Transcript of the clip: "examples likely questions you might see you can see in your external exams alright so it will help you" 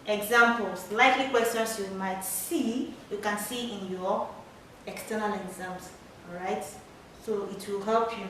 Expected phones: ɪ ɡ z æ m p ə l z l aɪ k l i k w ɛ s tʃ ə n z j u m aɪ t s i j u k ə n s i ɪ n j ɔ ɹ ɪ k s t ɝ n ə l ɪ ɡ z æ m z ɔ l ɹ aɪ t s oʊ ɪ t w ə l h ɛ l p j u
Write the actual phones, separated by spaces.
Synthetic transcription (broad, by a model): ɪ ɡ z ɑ m p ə l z l aɪ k l i k w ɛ s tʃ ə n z j u m aɪ t s i j u k ə n s i ɪ n j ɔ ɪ k s t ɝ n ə l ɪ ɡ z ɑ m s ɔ ɹ aɪ t s oʊ ɪ t w ə l h ɛ l p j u